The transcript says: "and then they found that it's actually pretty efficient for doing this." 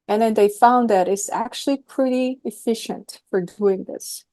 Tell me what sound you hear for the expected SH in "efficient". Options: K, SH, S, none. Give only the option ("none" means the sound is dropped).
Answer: SH